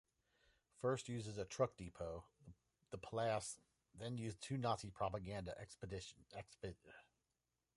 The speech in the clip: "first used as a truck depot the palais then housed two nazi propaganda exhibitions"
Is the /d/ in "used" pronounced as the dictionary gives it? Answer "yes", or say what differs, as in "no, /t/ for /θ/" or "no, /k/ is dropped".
no, /d/ is dropped